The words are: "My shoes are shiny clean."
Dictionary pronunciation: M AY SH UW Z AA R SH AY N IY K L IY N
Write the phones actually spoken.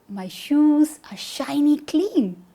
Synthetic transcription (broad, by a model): M AY SH UW Z AA R SH AY N IY K L IY N